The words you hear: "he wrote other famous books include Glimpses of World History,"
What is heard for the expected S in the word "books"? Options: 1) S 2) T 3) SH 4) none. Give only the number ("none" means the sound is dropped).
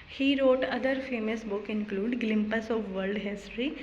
4